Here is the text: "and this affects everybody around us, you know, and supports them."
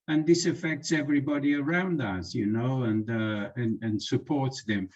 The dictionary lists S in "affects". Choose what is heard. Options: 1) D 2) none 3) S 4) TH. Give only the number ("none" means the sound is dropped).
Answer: 3